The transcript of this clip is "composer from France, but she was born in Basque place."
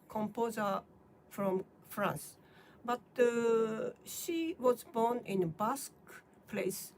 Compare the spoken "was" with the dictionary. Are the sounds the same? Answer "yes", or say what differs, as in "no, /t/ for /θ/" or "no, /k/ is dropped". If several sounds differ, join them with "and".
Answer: yes